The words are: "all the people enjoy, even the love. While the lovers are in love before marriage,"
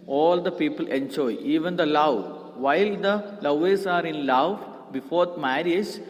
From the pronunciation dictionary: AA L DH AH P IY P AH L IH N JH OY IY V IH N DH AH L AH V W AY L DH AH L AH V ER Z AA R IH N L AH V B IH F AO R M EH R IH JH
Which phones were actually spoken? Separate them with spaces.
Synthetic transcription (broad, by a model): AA L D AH P IY P AH L IH N JH OY IY V IH N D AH L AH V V AY L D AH L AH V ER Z AA R IH N L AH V B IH F AO R M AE R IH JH